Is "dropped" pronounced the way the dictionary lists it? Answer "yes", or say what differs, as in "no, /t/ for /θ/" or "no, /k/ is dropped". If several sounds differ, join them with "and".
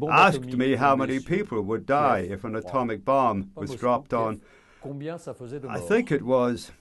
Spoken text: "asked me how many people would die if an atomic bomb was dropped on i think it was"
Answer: yes